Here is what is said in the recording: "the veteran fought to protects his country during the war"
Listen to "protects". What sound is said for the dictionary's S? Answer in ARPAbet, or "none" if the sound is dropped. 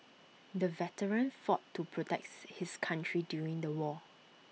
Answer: none